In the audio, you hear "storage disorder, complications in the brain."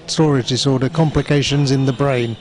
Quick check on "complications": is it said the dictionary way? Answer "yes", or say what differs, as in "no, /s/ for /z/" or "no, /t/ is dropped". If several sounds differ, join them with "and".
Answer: yes